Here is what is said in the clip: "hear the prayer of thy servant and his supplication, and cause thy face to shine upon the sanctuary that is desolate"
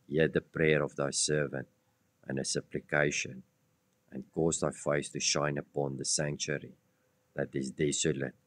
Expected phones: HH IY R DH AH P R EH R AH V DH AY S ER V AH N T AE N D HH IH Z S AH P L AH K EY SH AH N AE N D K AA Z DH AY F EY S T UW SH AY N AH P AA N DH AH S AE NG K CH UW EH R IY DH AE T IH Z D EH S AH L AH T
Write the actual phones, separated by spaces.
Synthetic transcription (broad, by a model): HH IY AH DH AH P R EH R AH V DH AY S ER V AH N T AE N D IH S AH P L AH K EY SH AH N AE N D K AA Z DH AY F EY S T UW SH AY N AH P AA N DH AH S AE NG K CH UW R IY DH AE T IH Z D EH S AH L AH T